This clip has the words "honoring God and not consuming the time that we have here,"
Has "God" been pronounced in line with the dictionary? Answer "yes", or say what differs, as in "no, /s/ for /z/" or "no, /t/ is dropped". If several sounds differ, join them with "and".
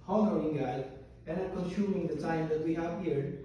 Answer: no, /d/ is dropped